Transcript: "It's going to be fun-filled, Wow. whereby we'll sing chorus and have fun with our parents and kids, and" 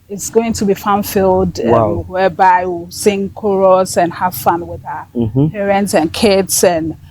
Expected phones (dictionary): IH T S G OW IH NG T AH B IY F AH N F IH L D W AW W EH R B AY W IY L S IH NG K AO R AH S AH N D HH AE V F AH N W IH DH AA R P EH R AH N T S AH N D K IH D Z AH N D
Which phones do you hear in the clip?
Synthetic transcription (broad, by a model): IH T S G OW IH NG T AH B IY F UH N F IH L D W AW W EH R B AY W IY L S IH NG K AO R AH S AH N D HH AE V F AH N W IH DH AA P EH R AH N T S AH N K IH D S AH N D